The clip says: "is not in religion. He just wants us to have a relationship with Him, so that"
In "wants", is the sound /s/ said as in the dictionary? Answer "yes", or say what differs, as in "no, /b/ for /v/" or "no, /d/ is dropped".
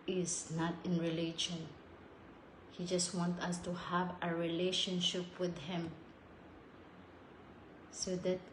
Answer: no, /s/ is dropped